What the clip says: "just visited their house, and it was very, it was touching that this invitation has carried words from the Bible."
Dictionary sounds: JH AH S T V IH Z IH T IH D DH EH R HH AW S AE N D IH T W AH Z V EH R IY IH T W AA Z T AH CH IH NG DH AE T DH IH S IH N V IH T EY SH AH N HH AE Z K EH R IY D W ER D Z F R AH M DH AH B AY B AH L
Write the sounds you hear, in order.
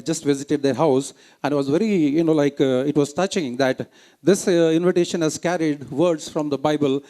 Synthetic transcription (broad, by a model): JH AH S T V IH Z IH T IH D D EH R HH AW S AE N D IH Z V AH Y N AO L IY IH T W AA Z T AH CH IH NG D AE T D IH S IH N V IH T EY SH AH N HH AE Z K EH R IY D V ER D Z F R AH M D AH B AY B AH L